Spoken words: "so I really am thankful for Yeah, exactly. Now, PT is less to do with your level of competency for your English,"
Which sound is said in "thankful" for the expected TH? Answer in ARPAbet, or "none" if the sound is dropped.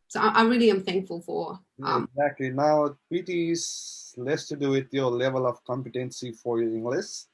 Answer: TH